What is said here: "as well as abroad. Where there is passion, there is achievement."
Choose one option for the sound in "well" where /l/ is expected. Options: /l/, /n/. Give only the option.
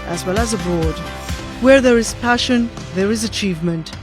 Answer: /l/